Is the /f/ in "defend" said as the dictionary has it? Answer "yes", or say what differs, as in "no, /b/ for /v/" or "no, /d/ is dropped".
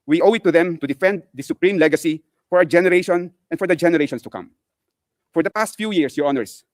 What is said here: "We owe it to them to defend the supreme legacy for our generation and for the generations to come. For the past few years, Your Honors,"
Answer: yes